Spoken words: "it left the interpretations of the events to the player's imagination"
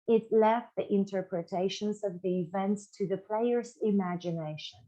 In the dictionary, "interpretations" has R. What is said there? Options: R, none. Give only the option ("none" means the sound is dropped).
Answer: R